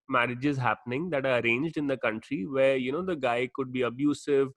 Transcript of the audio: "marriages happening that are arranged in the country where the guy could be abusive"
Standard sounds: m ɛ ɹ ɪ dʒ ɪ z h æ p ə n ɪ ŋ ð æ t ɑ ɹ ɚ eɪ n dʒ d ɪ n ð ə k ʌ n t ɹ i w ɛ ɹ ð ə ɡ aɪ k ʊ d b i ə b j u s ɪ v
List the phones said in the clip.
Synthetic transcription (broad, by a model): m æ ɹ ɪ dʒ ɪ z h æ p ə n ɪ ŋ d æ t ɑ ɹ ɚ eɪ n dʒ d ɪ n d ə k ʌ n t ɹ i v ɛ ɹ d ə ɡ aɪ k ʊ d b i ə b j u s ɪ v